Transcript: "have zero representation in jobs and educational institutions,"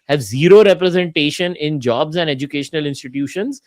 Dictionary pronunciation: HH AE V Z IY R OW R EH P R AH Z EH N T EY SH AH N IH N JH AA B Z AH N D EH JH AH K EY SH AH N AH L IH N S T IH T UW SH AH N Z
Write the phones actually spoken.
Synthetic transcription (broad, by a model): HH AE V Z IY R OW R EH P R AH Z EH N T EY SH AH N IH N JH AA B Z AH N D EH JH AH K EY SH AH N AH L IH N S T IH T UW SH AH N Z